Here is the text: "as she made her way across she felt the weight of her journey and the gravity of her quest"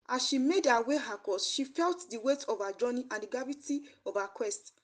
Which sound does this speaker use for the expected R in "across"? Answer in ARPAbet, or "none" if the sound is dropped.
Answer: none